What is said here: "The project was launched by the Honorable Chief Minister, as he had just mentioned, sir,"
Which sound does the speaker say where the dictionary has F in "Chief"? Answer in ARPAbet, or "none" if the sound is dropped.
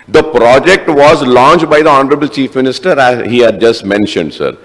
F